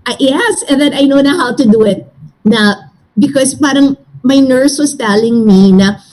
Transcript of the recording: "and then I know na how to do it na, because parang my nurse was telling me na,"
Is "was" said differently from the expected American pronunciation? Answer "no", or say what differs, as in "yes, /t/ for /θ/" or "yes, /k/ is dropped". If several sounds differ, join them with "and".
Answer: yes, /s/ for /z/